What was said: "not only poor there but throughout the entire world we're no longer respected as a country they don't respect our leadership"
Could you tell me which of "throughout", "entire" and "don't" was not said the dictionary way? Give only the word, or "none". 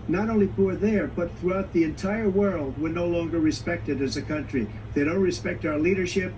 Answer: none